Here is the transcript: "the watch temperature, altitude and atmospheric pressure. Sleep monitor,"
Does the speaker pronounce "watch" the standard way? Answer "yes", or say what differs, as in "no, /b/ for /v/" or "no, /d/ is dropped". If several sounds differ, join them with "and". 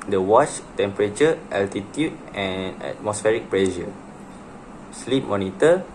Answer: yes